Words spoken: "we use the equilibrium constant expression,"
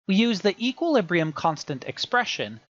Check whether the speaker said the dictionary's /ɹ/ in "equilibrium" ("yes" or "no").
yes